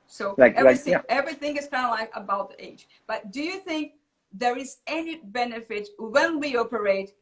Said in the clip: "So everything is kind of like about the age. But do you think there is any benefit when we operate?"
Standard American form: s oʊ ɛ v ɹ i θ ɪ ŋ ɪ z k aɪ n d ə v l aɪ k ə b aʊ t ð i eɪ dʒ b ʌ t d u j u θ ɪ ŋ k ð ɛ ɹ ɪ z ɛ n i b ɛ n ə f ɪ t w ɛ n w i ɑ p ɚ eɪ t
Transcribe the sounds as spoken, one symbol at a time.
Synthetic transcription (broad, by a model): s oʊ ɛ v ɹ i θ ɪ ŋ ɪ z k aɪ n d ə l aɪ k ə b aʊ t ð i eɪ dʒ b ʌ t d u j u θ ɪ ŋ k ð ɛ ɹ ɪ z ɛ n i b ɛ n ə f ɪ t w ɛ n w i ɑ p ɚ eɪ t